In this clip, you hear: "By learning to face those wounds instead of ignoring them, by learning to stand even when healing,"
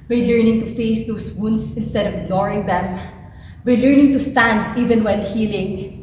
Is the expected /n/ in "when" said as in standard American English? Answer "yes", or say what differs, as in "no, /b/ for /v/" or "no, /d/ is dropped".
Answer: no, /l/ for /n/